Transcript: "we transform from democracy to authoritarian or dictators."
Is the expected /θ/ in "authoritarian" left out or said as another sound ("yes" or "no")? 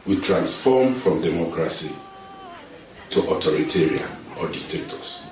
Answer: yes